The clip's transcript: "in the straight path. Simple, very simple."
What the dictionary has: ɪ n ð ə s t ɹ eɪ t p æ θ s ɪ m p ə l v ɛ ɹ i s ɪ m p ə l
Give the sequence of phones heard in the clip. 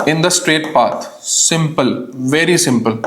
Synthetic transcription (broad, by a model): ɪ n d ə s t ɹ eɪ t p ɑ t s ɪ m p ə l v ɛ ɹ i s ɪ m p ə l